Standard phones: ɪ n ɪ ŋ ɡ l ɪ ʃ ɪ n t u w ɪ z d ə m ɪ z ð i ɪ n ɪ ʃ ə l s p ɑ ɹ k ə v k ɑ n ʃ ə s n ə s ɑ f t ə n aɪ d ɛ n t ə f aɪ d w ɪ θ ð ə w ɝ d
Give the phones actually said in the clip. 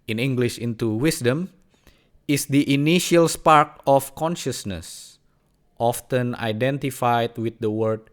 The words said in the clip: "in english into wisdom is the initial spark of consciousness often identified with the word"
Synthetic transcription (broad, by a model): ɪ n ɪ ŋ ɡ l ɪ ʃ ɪ n t u w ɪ s d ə m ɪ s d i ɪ n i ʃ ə l s p ɑ ɹ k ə f k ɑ n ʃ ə s n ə s ɑ f t ə n aɪ d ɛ n t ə f aɪ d w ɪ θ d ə w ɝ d